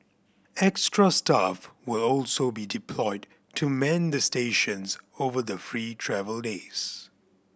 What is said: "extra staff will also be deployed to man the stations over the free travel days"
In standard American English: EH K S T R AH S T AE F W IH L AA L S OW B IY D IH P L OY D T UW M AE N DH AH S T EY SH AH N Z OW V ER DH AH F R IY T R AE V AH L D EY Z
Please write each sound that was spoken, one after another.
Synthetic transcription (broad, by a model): EH K S T R AH S T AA F W IH L AA L S OW B IY D IH P L OY D T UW M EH N DH AH S T EY SH AH N Z OW V ER DH AH F R IY T R AE V AH L D EY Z